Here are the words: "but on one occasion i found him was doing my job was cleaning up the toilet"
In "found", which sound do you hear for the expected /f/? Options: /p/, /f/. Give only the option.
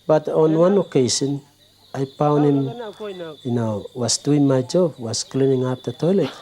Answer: /p/